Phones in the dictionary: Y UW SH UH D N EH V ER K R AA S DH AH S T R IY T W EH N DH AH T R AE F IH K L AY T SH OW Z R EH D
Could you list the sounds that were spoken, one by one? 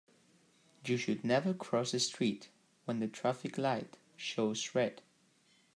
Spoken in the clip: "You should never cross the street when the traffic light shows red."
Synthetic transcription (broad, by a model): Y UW SH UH D N EH V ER K R AA S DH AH S T R IY T W EH N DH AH T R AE F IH K L AY T SH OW S R EH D